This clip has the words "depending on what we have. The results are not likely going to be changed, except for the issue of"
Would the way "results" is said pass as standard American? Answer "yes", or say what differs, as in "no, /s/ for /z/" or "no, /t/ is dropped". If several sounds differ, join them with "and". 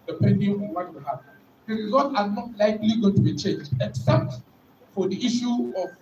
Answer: no, /s/ is dropped